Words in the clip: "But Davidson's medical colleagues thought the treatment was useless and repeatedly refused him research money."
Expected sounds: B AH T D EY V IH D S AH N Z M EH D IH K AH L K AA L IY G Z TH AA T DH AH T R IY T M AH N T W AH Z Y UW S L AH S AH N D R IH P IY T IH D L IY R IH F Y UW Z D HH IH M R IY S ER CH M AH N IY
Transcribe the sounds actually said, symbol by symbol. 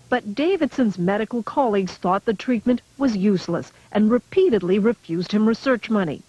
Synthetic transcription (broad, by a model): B AH T D EY V IH D S AH N Z M EH D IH K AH L K AA L IY G Z TH AA T DH AH T R IY T M AH N T W AH Z Y UW S L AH S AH N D R IH P IY T IH D L IY R IH F Y UW Z D HH IH M R IY S ER CH M AH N IY